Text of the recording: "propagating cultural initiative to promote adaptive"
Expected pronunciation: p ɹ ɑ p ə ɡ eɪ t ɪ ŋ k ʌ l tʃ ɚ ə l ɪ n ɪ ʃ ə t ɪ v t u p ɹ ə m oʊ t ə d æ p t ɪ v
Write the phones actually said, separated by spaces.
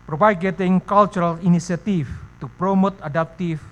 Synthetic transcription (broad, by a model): p ɹ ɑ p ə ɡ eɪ t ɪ ŋ k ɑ l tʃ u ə l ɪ n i s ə t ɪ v t u p ɹ ə m oʊ t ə d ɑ p t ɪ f